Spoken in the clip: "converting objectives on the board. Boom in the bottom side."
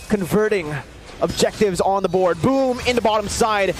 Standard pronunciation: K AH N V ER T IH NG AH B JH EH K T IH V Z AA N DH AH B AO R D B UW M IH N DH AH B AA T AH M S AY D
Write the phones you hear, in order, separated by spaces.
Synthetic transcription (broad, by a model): K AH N V ER T IH NG AH B JH EH K T IH V Z N DH AH B AO R D B UW M IH N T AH B AA T AH M S AY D